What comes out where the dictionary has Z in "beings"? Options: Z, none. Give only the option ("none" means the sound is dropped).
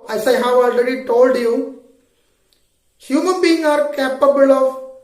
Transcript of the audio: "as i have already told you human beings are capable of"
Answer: none